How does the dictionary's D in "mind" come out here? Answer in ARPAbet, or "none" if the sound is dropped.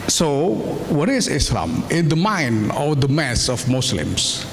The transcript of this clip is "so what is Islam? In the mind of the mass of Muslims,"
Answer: none